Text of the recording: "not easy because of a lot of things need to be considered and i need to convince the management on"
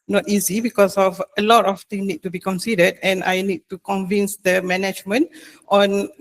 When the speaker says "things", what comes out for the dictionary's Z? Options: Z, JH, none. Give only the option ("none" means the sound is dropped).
none